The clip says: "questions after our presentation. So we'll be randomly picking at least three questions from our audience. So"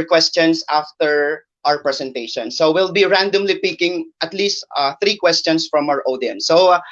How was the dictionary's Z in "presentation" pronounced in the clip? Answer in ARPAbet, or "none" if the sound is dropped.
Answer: S